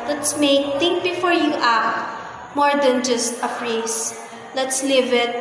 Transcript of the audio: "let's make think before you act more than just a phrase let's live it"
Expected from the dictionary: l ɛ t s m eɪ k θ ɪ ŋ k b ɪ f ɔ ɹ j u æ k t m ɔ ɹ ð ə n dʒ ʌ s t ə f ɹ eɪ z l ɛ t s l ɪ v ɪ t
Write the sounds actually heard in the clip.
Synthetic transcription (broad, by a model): l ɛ t s m eɪ k t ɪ ŋ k b ɪ f ɔ ɹ j u t m ɔ ɹ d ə n dʒ ʌ s t ə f ɹ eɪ s l ɛ t s l ɪ v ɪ t